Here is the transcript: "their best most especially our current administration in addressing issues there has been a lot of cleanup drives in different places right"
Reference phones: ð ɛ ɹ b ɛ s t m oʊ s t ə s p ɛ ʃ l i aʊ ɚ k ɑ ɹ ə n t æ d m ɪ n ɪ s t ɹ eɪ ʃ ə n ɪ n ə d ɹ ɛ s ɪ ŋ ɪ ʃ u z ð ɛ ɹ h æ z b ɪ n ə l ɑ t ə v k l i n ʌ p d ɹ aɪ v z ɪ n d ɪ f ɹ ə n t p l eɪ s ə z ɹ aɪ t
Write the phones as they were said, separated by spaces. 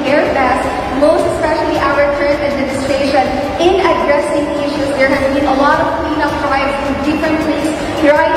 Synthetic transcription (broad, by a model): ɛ ɹ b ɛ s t m oʊ s t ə s p ɛ ʃ l i aʊ ɚ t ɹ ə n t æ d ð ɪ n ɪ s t eɪ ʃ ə n ɪ n ə d ɹ ɛ s ɪ ŋ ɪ ʃ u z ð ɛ ɹ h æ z b ɪ n ə l ɑ t ə v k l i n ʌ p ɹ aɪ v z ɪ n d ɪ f ɹ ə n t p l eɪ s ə ɹ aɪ